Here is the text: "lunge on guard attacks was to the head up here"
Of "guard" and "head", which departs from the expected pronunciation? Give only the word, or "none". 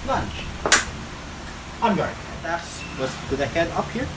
guard